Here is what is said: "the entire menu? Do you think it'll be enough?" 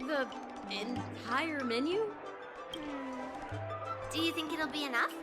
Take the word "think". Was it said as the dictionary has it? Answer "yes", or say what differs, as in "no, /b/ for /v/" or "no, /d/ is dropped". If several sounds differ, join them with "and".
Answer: yes